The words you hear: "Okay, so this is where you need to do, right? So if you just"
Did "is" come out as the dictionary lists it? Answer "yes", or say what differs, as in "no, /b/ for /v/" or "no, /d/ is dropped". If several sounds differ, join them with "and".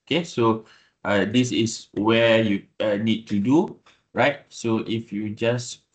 no, /s/ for /z/